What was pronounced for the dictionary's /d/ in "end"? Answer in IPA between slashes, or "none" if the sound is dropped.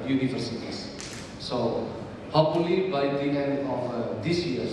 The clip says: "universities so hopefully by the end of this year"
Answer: none